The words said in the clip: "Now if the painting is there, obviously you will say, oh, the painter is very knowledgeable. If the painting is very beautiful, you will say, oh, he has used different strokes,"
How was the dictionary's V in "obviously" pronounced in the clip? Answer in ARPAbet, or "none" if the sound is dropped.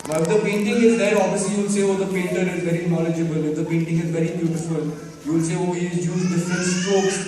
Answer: none